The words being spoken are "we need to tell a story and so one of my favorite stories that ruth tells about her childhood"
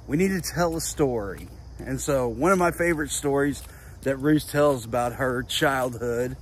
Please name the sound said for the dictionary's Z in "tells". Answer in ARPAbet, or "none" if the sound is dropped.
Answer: Z